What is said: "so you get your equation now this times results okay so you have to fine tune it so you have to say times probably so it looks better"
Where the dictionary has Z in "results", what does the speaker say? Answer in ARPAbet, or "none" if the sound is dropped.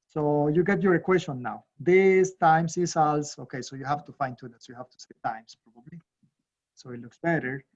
S